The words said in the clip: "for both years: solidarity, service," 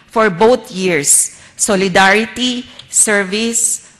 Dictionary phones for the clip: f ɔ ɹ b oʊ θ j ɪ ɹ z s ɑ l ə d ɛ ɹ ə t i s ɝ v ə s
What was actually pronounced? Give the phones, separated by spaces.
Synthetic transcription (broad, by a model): f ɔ ɹ b oʊ t j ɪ ɹ s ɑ l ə d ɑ ɹ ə t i s ɝ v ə s